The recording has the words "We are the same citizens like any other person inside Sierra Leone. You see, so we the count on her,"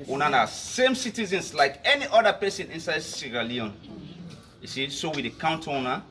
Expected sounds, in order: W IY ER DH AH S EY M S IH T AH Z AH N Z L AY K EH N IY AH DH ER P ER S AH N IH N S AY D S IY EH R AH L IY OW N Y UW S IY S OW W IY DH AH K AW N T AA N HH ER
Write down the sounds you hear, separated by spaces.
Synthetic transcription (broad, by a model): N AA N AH S EY M S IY T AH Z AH N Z L AY K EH N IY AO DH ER P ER S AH N IH N S AY D S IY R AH L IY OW N Y UW S IY S OW W IY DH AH K AW N T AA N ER